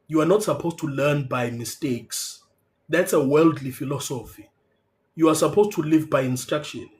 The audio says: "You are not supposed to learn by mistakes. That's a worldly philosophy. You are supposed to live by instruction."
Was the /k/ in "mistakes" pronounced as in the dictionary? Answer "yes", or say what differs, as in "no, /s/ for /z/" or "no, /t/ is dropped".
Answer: yes